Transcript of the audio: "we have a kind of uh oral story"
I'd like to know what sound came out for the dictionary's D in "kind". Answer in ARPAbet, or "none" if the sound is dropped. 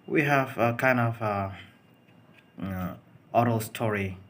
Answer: D